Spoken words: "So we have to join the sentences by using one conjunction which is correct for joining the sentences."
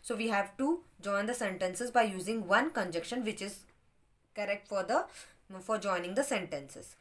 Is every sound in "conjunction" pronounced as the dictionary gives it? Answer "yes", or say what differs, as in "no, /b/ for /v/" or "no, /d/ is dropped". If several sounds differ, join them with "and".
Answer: no, /ŋ/ is dropped